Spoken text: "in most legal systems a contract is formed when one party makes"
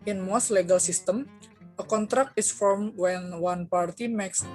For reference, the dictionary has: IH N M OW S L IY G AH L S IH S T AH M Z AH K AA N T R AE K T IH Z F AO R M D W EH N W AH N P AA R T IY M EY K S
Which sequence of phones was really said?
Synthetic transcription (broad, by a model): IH N M OW S L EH G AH L S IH S T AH M AH K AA N T R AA K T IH S F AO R M W EH N W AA N P AA R T IY M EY K S